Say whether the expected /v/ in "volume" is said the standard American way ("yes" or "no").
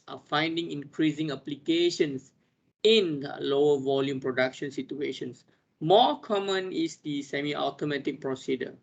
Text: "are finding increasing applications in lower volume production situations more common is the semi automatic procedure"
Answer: yes